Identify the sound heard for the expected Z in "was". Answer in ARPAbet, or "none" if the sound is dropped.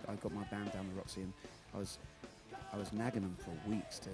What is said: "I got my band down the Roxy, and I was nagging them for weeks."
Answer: Z